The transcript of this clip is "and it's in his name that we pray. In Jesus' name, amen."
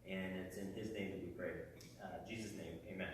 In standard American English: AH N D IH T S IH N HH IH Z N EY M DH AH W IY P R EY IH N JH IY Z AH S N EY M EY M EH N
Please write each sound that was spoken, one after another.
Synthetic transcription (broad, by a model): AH N IH T S IH N IH Z N EY M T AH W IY P R EY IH JH IY Z AH S N EY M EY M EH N